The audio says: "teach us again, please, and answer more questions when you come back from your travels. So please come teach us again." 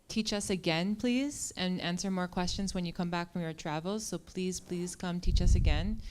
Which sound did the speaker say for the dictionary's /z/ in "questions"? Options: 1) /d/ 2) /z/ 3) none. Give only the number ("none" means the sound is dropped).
2